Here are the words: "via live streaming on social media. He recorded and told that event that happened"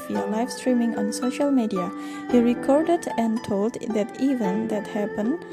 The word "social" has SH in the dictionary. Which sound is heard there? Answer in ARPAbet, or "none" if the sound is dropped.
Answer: SH